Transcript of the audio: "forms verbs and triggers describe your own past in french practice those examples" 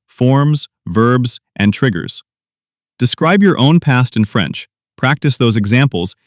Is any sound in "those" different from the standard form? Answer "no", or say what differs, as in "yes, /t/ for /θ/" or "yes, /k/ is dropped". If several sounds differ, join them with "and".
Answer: no